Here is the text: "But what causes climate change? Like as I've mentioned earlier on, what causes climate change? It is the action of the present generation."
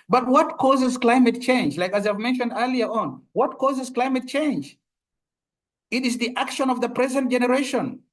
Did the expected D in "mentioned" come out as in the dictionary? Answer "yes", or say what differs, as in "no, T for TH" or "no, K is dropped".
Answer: yes